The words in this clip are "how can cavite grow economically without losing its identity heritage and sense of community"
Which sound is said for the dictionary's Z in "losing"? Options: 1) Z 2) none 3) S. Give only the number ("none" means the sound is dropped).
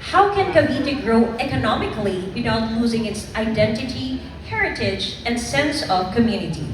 1